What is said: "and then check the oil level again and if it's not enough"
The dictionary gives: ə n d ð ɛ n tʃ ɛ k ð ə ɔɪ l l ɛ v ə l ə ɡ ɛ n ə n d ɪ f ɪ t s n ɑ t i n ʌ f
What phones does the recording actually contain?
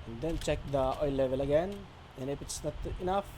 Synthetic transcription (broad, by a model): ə n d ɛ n tʃ ɛ k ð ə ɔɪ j l ɛ v ə l ə ɡ ɛ n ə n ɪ p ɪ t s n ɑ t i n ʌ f